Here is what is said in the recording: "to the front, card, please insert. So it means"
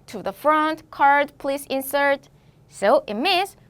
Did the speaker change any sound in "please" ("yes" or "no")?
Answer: yes